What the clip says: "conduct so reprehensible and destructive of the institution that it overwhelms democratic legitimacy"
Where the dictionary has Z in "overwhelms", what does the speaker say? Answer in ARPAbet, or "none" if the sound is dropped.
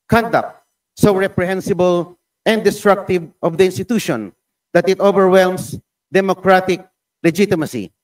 S